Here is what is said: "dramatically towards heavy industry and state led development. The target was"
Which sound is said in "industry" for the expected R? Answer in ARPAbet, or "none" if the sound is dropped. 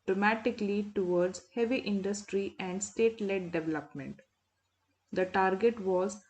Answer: R